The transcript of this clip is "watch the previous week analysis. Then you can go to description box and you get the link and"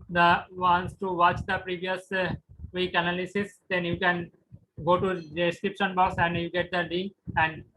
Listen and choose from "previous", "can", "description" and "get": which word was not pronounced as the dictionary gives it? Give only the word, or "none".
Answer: none